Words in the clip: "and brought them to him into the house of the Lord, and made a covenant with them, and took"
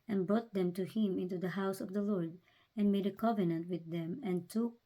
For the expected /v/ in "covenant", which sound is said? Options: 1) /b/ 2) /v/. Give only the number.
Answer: 2